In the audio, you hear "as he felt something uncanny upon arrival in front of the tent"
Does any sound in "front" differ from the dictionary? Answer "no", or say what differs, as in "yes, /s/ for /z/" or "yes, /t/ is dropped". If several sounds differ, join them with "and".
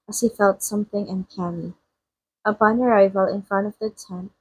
no